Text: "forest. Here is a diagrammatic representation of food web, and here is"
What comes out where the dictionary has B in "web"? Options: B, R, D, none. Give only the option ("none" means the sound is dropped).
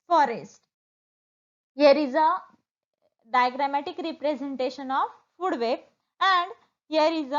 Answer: none